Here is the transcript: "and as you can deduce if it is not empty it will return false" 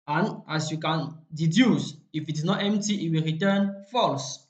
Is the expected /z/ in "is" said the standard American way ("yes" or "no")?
no